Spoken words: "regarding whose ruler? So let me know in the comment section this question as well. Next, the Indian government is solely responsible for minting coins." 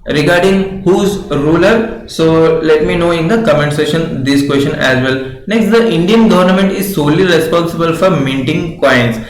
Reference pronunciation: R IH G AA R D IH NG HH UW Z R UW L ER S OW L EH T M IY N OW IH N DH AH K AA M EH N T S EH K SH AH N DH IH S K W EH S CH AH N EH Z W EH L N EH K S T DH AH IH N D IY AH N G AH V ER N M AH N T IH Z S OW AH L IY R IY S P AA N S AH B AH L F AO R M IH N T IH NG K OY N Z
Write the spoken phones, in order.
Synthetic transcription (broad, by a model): R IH G AA R D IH NG HH UW Z R UW L ER S OW L EH T M IY N OW IH N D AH K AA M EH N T S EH SH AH N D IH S K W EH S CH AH N EH Z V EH L N EH K S T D AH IH N D IY AH N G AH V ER N M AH N T IH Z S OW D L IY R IY S P AA N S AH B AH L F AO R M IH N T IH NG K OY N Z